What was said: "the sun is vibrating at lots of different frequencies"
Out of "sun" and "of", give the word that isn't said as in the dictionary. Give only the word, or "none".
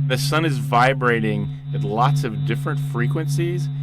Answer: none